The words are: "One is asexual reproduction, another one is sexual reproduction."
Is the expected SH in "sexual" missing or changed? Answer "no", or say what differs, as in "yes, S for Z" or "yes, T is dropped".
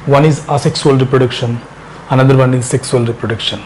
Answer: yes, S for SH